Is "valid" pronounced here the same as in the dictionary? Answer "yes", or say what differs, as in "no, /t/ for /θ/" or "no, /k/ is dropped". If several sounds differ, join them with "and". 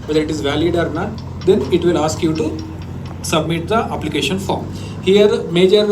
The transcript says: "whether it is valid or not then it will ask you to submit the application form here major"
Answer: yes